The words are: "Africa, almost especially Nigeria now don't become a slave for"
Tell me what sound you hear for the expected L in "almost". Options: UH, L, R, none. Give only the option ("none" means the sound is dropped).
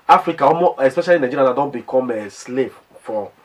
none